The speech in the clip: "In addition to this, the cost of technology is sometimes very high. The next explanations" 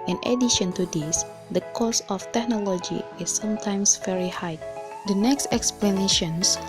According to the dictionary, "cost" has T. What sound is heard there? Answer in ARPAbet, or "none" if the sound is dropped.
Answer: none